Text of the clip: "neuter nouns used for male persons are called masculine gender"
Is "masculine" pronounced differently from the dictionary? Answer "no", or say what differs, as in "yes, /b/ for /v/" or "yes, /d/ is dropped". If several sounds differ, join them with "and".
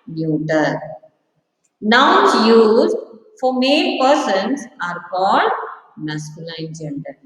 yes, /l/ is dropped